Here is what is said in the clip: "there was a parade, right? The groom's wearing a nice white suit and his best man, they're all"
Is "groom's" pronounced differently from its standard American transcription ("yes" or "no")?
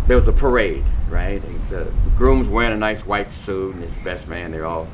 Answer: no